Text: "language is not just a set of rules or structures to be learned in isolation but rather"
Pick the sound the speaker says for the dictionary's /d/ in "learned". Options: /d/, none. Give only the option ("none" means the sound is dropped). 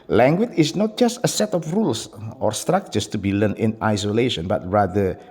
none